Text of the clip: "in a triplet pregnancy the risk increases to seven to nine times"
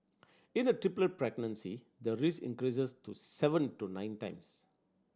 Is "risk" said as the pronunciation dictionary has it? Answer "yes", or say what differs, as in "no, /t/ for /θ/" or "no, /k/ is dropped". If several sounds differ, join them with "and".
no, /k/ is dropped